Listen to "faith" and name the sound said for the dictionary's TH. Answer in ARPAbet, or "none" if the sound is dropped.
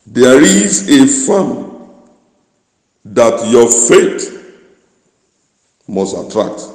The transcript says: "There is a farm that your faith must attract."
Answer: T